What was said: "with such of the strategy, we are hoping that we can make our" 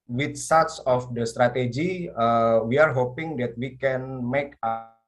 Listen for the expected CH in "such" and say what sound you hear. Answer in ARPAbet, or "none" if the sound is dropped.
S